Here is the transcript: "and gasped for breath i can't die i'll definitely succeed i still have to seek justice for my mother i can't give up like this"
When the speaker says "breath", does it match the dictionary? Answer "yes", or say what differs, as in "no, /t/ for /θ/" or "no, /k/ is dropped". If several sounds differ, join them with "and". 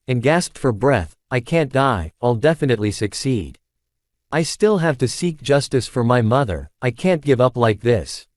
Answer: yes